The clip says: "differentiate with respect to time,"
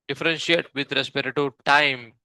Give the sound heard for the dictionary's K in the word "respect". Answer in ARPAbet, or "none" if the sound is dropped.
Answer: none